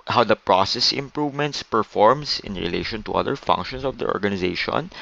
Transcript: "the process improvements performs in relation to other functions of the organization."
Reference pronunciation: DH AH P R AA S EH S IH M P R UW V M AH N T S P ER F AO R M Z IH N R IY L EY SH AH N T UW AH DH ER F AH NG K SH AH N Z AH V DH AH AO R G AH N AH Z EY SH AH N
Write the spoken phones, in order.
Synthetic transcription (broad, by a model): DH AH P R AA S EH S IH M P R UW V M AH N T S P ER F AO R M S IH N R IY L EY SH AH N T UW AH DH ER F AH NG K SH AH N S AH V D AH AO R G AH N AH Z EY SH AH N